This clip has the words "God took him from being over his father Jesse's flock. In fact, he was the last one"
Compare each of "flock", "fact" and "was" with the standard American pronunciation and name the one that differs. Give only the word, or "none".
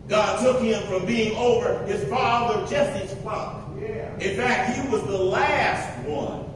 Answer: flock